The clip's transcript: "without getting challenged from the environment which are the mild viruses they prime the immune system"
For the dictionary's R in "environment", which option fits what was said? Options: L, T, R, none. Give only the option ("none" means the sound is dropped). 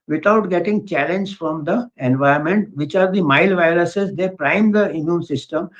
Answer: none